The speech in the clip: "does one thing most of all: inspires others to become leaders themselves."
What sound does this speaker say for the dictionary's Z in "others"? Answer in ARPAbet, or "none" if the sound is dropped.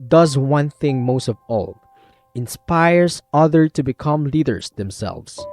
none